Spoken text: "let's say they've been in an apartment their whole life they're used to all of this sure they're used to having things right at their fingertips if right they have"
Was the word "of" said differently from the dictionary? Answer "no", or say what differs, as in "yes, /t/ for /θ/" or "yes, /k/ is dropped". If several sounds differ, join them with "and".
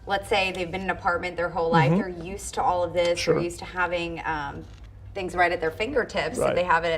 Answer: no